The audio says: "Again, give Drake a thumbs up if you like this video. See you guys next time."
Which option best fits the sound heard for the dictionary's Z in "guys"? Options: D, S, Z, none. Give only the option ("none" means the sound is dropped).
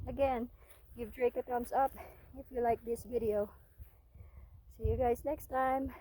Z